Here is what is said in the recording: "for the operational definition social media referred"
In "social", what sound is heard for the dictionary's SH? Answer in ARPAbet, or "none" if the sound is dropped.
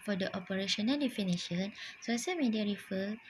S